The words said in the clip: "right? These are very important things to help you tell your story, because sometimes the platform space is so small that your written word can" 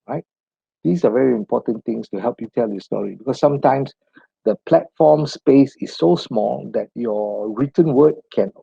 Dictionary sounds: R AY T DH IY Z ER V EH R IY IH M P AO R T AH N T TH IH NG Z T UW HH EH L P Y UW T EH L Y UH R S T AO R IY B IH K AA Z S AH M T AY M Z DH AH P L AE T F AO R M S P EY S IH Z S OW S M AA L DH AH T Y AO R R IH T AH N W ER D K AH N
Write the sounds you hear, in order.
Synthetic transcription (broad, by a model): R AY T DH IY S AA V EH R IY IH M P AO T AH N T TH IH NG S T UW HH EH L P Y UW T EH L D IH S T AO R IY B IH K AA S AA M T AY M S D AH P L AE T F AO M S P EY S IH S OW S M AA L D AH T Y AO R R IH T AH N W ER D K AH N